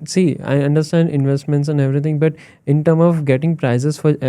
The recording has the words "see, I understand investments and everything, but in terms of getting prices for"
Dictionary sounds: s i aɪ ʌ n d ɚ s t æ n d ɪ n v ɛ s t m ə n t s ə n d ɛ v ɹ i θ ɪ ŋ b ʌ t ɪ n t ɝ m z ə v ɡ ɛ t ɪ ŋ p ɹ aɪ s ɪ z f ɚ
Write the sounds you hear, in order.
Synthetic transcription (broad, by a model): s i aɪ ʌ n d ɚ s t æ n d ɪ n v ɛ s t m ə n t s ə n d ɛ v ɹ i t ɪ ŋ b ʌ t ɪ n t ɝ m ə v ɡ ɛ t ɪ ŋ p ɹ aɪ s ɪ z f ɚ